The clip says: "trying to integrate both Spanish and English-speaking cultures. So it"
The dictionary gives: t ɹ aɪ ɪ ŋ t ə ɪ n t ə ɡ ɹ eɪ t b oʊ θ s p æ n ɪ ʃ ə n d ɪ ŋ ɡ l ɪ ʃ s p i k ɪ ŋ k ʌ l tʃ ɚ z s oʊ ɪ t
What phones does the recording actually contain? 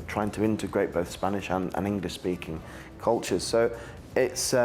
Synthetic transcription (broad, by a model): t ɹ aɪ ɪ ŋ t ə ɪ n t ə ɡ ɹ eɪ t b oʊ θ s p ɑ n ɪ ʃ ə n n ɪ ŋ ɡ l ɪ ʃ s p i k ɪ ŋ k ʌ l tʃ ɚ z s oʊ ɪ t